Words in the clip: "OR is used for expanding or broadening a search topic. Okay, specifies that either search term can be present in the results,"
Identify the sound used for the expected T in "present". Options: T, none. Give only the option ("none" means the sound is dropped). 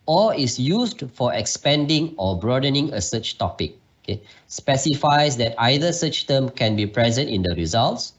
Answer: T